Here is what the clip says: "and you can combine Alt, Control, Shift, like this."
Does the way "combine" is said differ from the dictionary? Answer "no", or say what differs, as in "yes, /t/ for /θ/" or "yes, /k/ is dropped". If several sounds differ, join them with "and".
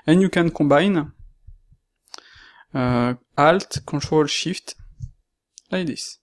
yes, /m/ is dropped